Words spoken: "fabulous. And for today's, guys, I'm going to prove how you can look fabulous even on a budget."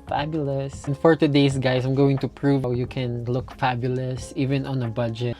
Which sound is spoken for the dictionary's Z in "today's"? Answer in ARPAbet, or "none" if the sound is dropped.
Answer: S